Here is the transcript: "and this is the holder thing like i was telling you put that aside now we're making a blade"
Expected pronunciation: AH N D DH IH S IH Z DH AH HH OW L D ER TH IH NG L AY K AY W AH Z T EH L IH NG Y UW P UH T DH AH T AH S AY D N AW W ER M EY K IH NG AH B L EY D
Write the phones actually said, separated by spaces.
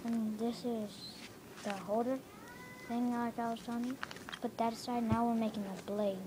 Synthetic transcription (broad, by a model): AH N DH IH S IH Z DH AH HH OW D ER TH IH NG L AY K AY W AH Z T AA N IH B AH T DH AH T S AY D N AW W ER M EY K IH NG AH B L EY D